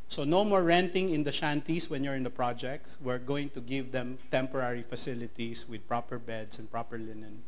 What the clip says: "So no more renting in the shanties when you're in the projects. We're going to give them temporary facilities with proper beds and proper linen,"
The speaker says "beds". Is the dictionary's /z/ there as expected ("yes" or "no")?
no